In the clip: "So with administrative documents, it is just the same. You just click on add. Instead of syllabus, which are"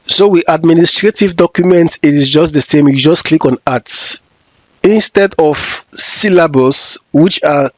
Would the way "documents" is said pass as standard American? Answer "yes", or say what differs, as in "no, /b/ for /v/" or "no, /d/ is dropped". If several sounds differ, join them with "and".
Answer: no, /s/ is dropped